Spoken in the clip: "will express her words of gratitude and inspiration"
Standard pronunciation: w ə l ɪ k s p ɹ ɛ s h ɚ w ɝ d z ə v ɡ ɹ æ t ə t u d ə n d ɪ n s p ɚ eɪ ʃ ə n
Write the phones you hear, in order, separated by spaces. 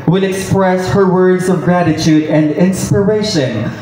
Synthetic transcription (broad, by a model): w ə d ɪ k s p ɹ ɛ s h ɚ w ɝ d z ə v ɡ ɹ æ t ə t u d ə n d ɪ n s p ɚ eɪ ʃ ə n